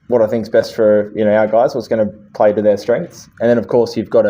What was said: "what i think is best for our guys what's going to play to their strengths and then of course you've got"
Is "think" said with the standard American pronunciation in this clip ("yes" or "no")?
yes